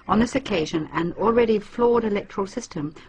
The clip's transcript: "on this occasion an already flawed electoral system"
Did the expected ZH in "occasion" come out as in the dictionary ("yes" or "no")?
yes